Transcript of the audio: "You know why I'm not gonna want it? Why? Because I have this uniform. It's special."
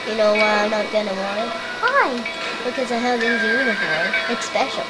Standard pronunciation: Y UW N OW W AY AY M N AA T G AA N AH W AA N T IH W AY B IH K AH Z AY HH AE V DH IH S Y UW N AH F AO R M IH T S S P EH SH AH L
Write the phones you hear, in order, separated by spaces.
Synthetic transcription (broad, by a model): Y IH N OW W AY AY M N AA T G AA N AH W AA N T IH W AY B IH K AH Z AY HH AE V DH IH Y UW N AH F AO R M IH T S S P EH SH L